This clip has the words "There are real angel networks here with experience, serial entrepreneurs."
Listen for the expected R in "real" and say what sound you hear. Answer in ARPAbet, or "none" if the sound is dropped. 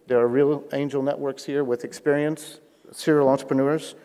R